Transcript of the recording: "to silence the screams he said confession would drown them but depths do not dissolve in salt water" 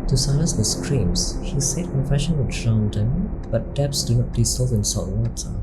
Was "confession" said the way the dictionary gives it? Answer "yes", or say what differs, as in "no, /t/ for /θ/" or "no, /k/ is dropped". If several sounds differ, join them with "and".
yes